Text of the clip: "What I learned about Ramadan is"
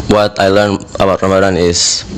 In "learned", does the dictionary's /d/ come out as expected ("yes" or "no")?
no